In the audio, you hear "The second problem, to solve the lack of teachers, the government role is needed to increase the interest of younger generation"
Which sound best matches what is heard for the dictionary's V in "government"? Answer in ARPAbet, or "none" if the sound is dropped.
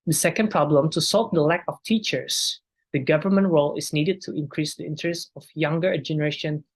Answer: V